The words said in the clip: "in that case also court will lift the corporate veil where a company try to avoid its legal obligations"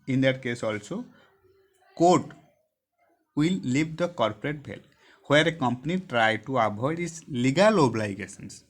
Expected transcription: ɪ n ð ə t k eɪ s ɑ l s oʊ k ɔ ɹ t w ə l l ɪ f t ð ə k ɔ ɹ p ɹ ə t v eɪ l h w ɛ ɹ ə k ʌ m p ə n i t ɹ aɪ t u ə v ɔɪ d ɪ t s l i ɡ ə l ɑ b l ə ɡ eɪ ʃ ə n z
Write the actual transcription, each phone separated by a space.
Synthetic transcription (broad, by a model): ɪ n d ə t k eɪ s ɑ l s oʊ k ɔ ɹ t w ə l l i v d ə k ɔ ɹ p ɹ ə t b eɪ l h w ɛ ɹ ə k ʌ m p ə n i t ɹ aɪ t u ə b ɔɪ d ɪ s l i ɡ ə l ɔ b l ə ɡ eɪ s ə n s